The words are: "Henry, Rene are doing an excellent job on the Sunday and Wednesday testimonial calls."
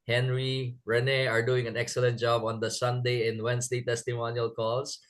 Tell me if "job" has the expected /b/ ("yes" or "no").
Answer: yes